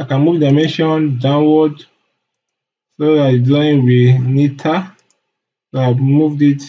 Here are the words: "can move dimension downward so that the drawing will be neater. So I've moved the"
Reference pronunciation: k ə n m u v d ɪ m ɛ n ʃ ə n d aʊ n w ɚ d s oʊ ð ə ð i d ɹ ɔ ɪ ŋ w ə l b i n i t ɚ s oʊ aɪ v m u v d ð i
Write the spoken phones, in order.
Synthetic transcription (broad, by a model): k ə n m u v d ɪ m ɛ n ʃ ə n d aʊ n w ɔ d s oʊ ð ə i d ɔ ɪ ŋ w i n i t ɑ s oʊ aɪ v m u v d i